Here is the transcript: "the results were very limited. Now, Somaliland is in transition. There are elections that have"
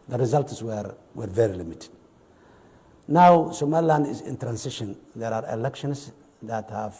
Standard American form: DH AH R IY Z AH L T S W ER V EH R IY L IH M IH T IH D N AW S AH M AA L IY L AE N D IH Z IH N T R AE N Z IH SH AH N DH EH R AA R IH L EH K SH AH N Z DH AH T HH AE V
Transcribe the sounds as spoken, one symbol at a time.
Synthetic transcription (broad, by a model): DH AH R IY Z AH L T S W ER V EH R IY L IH M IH T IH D N AW S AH M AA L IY L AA N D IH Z IH N T R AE N S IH SH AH N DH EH R AA R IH L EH K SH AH N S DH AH T HH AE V